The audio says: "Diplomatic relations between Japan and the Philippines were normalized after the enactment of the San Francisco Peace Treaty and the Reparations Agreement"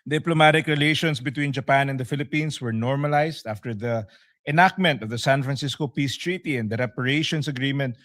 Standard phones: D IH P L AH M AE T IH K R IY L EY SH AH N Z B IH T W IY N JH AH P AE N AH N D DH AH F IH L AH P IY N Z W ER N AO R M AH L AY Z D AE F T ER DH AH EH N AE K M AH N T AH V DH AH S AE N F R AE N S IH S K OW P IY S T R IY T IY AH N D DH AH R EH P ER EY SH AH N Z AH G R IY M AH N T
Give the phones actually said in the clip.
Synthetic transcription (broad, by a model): D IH P L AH M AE T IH K R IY L EY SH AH N S B IH T W IY N JH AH P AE N AH N D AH F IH L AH P IY N S W ER N AO R M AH L AY S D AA F T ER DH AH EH N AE K M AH N T AH V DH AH S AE N F R AE N S IH S K OW P IY S T R IY T IY AH N D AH R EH P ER EY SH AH N S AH G R IY M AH N T